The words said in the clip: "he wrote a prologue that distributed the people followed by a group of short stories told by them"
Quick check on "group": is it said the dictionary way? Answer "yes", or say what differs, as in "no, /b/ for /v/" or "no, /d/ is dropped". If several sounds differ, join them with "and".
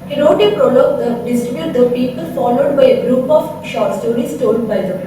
yes